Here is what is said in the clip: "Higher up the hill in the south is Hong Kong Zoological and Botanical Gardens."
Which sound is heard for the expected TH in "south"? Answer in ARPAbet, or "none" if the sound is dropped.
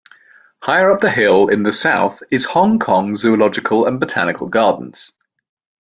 TH